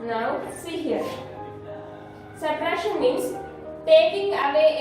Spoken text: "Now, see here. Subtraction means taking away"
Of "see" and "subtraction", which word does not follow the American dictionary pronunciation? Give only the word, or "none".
subtraction